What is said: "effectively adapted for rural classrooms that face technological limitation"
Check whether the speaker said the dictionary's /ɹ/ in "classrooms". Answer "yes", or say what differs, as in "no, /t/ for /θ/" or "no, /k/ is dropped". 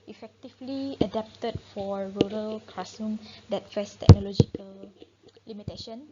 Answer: no, /ɹ/ is dropped